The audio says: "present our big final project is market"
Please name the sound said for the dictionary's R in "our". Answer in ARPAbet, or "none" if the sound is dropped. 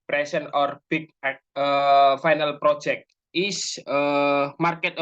R